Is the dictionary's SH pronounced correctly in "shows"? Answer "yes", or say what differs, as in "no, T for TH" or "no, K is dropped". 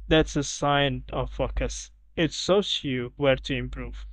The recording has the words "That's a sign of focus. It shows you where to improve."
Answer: no, S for SH